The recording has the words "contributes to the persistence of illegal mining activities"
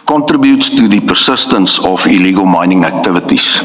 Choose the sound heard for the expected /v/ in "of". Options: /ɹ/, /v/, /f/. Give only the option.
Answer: /f/